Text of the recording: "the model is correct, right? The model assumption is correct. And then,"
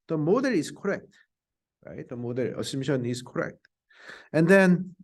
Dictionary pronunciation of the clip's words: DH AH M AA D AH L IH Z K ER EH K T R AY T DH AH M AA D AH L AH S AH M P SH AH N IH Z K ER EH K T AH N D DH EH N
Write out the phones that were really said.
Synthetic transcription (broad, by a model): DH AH M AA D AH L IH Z K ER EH K T R AY T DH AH M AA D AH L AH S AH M SH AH N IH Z K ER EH K T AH N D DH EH N